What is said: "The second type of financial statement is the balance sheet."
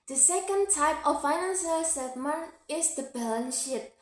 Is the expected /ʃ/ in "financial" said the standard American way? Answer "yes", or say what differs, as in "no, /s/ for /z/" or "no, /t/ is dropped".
no, /s/ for /ʃ/